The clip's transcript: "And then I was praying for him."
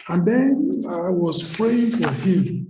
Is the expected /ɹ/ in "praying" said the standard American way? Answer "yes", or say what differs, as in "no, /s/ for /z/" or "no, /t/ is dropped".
yes